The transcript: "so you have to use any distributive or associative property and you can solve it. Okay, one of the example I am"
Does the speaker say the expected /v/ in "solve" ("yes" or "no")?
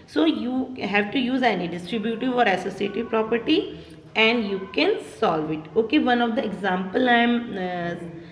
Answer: yes